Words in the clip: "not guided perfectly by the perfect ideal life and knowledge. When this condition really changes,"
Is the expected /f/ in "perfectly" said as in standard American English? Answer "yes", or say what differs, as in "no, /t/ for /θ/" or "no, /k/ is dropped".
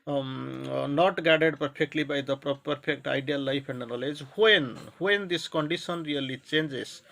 no, /p/ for /f/